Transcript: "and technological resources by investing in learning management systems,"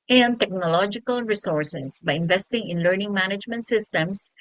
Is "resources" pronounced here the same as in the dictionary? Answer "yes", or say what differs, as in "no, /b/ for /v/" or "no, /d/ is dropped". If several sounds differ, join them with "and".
no, /s/ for /z/